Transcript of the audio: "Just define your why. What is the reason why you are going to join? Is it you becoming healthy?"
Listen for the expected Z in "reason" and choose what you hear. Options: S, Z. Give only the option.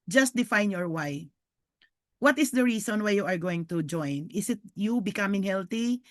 S